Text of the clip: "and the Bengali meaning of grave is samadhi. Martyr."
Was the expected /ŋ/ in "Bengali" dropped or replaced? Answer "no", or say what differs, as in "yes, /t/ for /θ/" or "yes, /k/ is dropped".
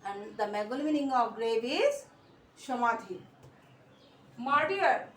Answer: yes, /ŋ/ is dropped